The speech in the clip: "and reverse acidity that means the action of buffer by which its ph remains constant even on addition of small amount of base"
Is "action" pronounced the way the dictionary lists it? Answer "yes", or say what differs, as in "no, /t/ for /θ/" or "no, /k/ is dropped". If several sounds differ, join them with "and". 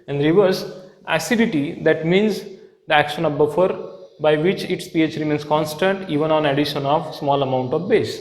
yes